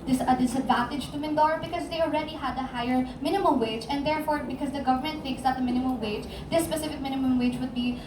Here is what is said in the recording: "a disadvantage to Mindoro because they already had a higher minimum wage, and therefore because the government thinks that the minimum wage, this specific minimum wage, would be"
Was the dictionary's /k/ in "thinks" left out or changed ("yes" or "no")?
no